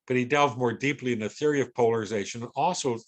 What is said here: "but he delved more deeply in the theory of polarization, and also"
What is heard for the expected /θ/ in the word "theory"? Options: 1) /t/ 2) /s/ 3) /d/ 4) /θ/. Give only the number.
4